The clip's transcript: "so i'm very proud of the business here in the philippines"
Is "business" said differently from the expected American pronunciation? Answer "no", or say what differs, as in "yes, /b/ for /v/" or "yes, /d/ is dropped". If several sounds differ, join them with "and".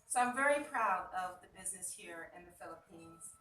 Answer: no